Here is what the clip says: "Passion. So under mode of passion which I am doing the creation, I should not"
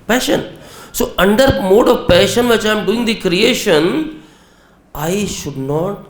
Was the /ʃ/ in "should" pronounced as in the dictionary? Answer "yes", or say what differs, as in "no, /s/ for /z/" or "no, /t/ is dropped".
yes